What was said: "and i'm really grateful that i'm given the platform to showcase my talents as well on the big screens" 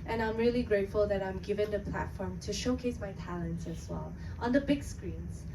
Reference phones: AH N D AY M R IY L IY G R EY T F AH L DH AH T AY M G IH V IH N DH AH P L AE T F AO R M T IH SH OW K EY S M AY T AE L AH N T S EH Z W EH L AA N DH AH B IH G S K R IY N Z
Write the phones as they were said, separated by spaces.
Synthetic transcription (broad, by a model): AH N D AY M R IY L IY G R EY T F AH L DH AH T AY M G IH V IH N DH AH P L AE T F AO R M T IH SH OW K EY S M AY T AE L AH N T S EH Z W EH L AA N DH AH B IH G S K R IY N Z